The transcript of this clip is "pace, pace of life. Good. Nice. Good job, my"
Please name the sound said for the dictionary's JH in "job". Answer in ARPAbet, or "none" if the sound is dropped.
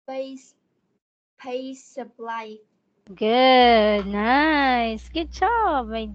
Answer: CH